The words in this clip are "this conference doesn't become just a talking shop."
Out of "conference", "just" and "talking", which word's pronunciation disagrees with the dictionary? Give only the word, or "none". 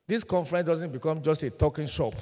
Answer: conference